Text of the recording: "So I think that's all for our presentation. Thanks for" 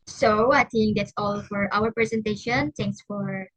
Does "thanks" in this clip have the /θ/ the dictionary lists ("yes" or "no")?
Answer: no